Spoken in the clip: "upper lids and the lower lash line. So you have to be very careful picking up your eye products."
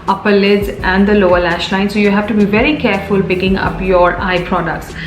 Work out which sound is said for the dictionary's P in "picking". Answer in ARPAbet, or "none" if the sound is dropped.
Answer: B